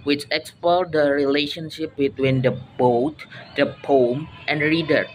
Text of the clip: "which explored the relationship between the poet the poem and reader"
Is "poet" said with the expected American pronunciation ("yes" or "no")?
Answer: no